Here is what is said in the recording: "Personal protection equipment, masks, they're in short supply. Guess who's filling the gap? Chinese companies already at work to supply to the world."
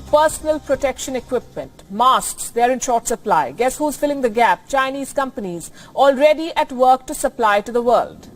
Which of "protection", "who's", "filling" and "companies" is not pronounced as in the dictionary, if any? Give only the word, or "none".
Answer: none